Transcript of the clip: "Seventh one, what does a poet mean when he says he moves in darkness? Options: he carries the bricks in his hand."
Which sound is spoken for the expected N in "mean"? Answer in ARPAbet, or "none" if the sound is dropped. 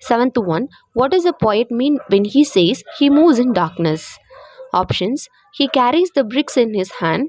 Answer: N